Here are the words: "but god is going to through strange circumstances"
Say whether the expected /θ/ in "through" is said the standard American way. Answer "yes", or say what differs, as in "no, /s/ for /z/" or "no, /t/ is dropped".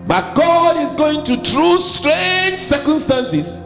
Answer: no, /t/ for /θ/